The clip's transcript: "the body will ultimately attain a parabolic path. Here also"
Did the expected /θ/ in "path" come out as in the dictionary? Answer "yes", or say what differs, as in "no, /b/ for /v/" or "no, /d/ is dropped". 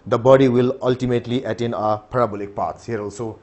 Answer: no, /s/ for /θ/